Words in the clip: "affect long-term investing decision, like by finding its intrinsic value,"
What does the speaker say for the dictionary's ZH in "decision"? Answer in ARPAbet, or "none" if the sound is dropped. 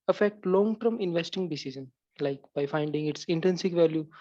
Z